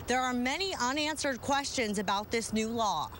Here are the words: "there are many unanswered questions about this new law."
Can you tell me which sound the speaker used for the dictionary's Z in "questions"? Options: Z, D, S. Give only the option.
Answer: Z